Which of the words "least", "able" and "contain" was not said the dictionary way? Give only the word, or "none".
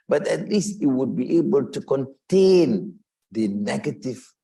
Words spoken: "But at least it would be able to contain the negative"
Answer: none